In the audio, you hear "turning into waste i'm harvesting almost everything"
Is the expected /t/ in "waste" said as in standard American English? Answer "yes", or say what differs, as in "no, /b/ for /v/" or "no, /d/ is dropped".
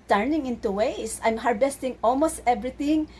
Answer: no, /t/ is dropped